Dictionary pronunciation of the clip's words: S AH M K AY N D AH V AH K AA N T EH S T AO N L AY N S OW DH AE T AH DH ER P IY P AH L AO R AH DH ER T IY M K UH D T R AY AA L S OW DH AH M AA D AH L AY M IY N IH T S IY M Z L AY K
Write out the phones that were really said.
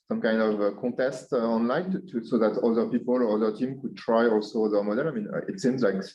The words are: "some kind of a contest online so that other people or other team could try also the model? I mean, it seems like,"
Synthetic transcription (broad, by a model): S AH M K AY N D AH V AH K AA T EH S T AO N L AY N S OW DH AE T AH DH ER P IY P AH L AO R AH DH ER T IY M K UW D T R AY AA L S OW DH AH M AA D AH L AY M IY N IH T S IY M Z L AY K